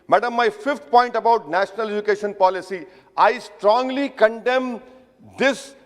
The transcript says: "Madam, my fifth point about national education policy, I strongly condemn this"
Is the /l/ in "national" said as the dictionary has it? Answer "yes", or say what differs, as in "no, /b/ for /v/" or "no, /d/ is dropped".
yes